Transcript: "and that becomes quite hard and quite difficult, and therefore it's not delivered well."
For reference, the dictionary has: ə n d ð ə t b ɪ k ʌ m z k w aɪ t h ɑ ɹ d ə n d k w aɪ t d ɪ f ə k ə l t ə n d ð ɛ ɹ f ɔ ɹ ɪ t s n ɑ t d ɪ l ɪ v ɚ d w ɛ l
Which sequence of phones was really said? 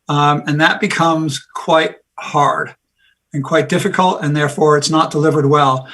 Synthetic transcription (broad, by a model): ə n ð ə t b ɪ k ʌ m z k w aɪ t h ɑ ɹ d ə n k w aɪ t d ɪ f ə k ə l t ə n ð ɛ ɹ f ɔ ɹ ɪ t s n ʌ t d ɪ l ɪ v ɚ d w ɛ l